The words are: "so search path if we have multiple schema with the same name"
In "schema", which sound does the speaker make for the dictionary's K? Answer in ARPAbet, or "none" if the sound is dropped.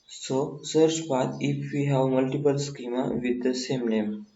K